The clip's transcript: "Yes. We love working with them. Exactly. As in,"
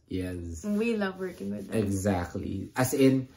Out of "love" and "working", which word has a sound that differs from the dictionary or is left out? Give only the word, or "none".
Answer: none